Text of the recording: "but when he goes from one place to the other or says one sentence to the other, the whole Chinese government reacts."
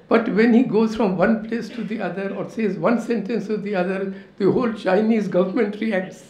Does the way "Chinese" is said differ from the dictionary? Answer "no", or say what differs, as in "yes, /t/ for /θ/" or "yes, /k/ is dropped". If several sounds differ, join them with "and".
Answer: no